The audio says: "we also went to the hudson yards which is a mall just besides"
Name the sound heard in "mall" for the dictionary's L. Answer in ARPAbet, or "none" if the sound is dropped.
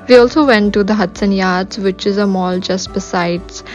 L